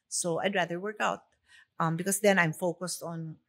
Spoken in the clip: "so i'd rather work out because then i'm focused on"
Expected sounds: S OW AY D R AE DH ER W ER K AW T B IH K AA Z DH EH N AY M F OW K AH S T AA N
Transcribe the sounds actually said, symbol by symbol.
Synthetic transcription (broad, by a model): S OW AY D R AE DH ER W ER K AW T B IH K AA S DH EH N AY M F OW K AH S T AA N